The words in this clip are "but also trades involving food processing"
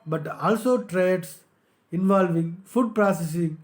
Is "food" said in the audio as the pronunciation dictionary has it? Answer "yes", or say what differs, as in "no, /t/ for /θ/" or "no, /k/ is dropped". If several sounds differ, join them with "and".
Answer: yes